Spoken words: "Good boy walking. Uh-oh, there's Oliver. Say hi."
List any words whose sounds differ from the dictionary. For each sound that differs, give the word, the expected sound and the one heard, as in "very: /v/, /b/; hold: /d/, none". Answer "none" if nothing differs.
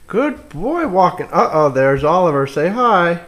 none